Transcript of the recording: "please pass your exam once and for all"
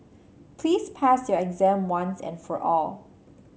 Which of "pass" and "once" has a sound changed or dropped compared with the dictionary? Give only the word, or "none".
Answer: none